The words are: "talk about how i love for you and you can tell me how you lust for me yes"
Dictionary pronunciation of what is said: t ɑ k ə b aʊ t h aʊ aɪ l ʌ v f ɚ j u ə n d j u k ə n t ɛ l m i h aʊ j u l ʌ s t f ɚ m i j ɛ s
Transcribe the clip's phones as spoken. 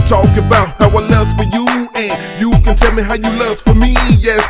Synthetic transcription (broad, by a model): t ɑ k ə b aʊ t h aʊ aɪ n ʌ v f ɚ j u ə n j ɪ k ə n t ɛ l m i h aʊ j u l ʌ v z f ɚ m i j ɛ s